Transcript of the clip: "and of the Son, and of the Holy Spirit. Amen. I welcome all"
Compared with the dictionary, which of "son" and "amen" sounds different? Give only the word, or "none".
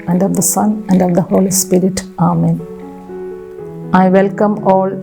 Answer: none